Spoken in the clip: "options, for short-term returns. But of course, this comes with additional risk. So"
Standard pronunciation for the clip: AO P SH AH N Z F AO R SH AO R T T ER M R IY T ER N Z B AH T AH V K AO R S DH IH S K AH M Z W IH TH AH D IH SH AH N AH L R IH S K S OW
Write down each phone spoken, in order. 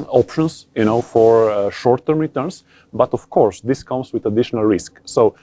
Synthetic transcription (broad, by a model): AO P SH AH N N F AO R SH AO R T T ER M R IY T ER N S B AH T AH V K AO R S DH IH S K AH M S W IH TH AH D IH SH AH N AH L R IH S K S OW